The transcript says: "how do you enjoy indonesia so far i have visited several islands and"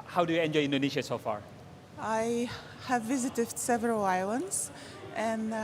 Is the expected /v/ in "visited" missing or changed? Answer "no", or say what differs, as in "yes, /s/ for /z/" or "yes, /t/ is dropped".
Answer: no